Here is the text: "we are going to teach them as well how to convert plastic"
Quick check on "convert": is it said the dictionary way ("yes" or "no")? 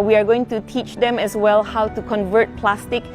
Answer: yes